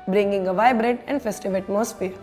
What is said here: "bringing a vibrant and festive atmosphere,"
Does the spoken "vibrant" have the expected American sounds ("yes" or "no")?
no